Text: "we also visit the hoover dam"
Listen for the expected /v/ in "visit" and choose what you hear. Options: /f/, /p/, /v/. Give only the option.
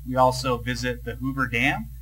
/v/